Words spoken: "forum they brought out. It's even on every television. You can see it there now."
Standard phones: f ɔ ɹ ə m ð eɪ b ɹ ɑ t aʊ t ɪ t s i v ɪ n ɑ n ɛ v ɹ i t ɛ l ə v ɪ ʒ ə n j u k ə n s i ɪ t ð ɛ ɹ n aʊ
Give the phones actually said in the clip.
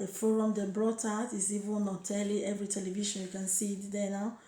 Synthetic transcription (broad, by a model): f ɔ ɹ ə m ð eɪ b ɹ ɑ t aʊ t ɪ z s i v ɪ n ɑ l ɛ v ɹ i t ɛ l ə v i ʃ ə n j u k ə n s i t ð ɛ n aʊ